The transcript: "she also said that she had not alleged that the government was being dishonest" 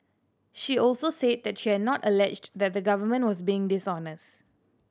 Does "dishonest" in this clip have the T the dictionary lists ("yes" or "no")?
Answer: yes